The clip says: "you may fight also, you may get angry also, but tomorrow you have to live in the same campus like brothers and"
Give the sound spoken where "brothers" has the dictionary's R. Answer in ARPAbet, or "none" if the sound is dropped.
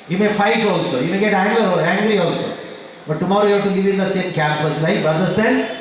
none